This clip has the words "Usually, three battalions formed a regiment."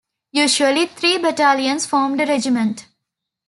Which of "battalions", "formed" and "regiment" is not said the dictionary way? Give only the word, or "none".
battalions